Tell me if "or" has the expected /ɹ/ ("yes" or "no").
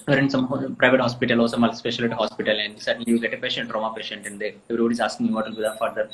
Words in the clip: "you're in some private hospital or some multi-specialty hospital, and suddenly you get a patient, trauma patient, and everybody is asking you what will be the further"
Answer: no